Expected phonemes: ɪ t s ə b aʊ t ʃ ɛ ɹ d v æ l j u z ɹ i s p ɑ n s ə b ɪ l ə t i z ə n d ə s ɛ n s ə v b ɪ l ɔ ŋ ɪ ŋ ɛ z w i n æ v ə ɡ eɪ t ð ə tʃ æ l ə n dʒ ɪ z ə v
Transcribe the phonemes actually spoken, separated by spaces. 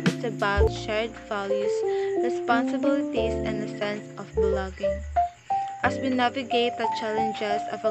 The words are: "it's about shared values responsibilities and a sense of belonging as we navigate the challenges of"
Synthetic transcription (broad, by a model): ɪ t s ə b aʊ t ʃ ɛ ɹ d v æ l j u s ɹ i s p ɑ n s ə b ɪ l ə t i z ə n d ə s ɛ n s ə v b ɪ l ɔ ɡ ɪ ŋ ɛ s w i n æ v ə ɡ eɪ t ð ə tʃ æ l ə n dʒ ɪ s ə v